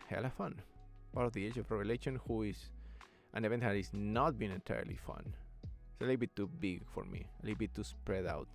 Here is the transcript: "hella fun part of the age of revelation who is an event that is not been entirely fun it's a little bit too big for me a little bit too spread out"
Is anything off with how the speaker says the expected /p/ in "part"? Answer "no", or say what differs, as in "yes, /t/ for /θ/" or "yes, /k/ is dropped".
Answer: yes, /b/ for /p/